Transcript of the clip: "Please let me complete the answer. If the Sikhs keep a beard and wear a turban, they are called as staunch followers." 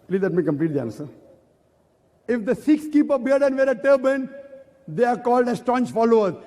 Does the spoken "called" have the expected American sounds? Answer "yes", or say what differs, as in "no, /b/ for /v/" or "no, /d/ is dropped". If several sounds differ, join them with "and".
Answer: yes